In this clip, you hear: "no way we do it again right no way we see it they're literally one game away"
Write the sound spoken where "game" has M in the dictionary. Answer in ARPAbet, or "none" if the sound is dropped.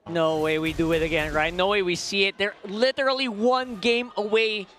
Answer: M